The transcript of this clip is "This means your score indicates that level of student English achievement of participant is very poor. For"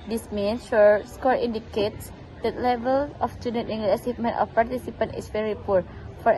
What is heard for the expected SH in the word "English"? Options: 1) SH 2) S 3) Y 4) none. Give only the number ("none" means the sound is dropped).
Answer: 4